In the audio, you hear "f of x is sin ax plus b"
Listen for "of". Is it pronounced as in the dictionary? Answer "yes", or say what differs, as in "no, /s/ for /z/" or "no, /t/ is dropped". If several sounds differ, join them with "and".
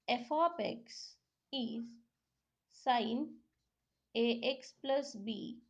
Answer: no, /p/ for /v/